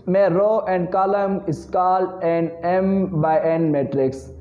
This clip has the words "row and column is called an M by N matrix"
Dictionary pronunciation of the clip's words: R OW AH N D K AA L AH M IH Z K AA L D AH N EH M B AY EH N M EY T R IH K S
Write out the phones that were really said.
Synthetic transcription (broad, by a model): R OW AH N D K AA L AH M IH S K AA L AH N EH M B AY EH N M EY T R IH K S